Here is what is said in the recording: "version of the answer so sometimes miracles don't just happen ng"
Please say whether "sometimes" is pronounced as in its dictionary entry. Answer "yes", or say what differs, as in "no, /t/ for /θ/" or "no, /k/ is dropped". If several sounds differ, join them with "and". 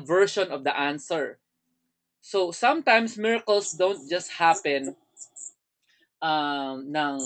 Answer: no, /s/ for /z/